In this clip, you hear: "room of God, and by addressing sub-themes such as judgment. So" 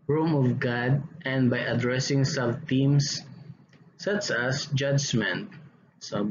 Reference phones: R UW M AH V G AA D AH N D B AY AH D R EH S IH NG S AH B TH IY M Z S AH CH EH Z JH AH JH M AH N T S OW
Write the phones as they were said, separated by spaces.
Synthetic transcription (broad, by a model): R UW M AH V G AA D AH N D B AY AH D R EH S IH NG S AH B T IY M S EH S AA S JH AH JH M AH N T S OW